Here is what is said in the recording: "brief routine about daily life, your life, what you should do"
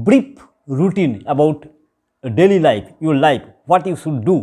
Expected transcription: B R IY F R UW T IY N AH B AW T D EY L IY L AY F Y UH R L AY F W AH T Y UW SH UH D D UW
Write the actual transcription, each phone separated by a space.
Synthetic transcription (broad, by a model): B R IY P R UW T IY N AH B AW T D EY L IY L AY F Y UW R L AY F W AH T Y UW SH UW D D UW